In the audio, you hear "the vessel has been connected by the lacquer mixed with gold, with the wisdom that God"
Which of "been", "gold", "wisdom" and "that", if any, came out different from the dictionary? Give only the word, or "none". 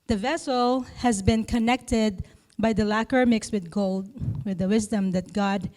none